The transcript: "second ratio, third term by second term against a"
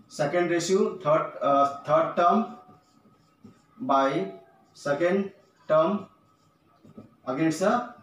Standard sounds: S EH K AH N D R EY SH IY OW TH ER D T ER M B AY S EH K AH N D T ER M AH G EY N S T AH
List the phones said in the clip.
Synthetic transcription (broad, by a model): S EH K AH N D R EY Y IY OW T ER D T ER M B AY S EH K AH N D T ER M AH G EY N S AH